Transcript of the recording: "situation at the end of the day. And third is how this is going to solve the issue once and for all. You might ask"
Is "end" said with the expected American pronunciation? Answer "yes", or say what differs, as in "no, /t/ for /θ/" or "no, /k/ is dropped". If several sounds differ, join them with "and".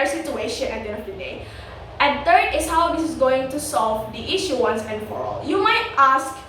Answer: no, /d/ is dropped